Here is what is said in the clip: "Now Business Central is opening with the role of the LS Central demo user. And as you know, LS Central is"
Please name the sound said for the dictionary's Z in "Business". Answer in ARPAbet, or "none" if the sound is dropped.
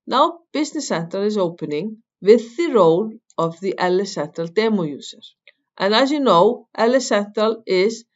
S